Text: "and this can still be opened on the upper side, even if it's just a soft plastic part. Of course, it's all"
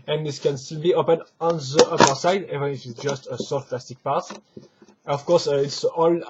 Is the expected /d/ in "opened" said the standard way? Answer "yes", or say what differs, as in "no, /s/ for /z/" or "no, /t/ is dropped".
no, /d/ is dropped